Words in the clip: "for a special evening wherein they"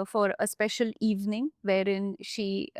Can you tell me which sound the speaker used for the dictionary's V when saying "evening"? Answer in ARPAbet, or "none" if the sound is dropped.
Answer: V